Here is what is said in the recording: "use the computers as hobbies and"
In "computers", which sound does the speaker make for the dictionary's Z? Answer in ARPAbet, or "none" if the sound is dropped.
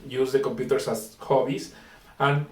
S